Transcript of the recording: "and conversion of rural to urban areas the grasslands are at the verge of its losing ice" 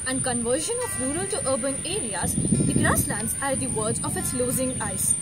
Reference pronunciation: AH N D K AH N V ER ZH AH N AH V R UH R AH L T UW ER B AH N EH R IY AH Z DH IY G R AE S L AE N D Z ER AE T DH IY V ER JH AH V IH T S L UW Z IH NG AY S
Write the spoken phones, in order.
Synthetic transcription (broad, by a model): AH N D K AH N V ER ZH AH N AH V R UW R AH L T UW ER B AH N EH R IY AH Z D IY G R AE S L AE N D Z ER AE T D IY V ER Z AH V IH T S L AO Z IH NG AY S